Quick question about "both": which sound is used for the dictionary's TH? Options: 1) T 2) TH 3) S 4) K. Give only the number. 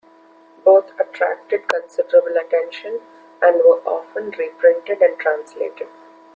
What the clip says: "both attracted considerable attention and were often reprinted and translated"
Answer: 1